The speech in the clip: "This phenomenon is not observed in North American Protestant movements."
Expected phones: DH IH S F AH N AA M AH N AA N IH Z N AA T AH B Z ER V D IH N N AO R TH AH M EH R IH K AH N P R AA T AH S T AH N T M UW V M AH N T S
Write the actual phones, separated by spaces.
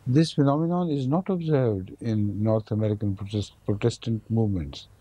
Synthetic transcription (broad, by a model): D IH S F AH N AA M AH N AA N IH Z N AA T AH B Z ER V D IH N N AO R T AH M EH R IH K AH N P R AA T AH S T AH N T M UW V M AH N T S